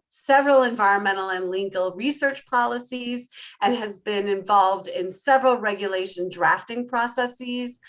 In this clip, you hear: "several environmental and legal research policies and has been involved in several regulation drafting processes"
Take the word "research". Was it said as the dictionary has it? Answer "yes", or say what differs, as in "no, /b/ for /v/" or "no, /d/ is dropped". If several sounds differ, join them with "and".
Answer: yes